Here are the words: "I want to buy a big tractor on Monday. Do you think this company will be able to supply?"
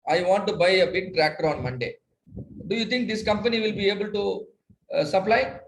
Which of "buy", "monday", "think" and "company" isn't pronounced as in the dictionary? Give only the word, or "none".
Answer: think